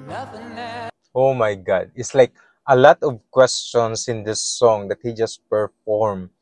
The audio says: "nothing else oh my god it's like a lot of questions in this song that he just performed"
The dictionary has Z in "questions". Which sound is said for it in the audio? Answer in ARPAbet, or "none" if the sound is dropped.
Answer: S